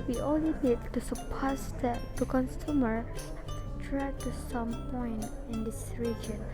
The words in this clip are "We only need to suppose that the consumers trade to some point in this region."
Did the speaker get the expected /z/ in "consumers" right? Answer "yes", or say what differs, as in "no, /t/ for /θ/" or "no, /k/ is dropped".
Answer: no, /z/ is dropped